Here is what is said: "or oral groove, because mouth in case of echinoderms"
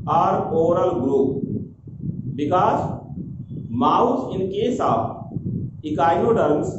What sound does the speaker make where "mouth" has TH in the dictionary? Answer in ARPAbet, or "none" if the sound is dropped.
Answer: S